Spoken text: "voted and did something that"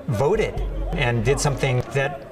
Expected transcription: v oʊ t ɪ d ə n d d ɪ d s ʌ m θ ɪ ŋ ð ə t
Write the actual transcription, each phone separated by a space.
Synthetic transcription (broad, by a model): v oʊ t ɪ d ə n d d ɪ d s ʌ m θ ɪ ŋ ð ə t